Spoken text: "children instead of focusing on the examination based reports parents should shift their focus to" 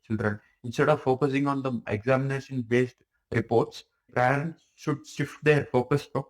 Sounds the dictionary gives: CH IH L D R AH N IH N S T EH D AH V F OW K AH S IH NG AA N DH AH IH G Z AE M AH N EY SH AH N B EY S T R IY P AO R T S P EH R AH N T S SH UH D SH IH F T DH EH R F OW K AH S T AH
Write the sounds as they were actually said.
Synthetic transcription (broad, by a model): CH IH L D R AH N IH N S T EH D AH V F OW K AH S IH NG AA N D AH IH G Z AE M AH N EY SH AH N B EY S T R IY P AO R T S P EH R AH N T S SH UH D SH IH F T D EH R F OW K AH S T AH